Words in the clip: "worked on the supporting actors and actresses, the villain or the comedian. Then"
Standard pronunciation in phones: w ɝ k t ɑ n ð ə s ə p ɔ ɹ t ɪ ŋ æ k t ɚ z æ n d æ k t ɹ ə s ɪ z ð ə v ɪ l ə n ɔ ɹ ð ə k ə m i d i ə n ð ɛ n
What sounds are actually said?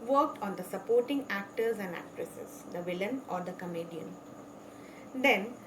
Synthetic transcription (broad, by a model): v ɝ k t ɑ n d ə s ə p ɔ ɹ t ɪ ŋ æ k t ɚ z æ n d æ k t ɹ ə s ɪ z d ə v ɪ l ə n ɔ ɹ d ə k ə m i d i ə n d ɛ n